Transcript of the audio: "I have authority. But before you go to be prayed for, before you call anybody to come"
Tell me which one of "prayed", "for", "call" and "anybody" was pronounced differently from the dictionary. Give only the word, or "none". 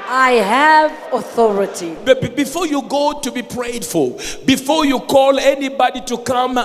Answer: for